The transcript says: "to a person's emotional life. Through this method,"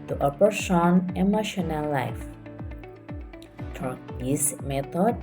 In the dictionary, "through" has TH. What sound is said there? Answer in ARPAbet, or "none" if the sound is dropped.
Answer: F